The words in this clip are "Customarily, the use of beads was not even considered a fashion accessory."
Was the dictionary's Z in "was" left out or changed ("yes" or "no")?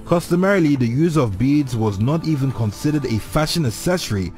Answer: no